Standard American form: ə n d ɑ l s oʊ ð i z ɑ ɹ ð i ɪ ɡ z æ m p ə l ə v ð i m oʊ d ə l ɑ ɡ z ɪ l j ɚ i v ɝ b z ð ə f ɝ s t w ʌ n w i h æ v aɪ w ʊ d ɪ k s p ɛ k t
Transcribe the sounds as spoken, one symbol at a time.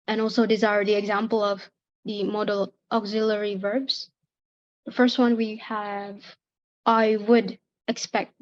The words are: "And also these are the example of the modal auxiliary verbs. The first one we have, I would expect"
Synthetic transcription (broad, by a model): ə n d ɑ l s oʊ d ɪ z ɑ ɹ ð i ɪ ɡ z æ m p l ə v ð i m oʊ d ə l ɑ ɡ z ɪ l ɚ i v ɝ b z ð ə f ɝ s t w ʌ n w i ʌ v aɪ w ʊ d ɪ k s p ɛ k t